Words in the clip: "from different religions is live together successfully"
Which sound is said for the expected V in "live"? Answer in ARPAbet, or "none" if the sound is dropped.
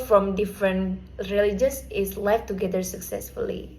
F